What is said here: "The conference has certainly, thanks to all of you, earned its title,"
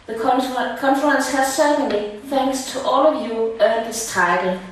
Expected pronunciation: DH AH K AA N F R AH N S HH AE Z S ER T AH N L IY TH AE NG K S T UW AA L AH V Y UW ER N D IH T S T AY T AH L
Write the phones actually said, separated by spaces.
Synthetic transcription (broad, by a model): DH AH K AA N F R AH N S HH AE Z S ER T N L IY TH AE NG K S T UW AA L AH V Y UW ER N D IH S T AY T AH L